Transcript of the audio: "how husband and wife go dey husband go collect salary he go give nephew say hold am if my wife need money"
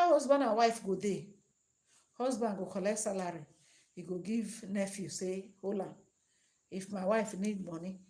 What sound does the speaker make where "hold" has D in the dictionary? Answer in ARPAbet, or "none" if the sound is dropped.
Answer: none